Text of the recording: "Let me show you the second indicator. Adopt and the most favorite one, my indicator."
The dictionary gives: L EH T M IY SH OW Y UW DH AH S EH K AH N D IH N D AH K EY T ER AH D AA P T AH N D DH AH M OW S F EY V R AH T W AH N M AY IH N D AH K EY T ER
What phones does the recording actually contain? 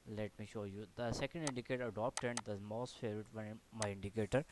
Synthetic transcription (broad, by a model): L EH T M IY SH OW Y UW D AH S EH K AH N D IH N D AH K EY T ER AH D AA P T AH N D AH M OW S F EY R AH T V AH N M AY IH N D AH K EY T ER